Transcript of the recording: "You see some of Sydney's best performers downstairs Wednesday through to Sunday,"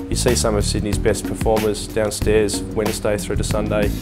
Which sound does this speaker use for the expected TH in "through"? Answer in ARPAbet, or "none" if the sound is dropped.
TH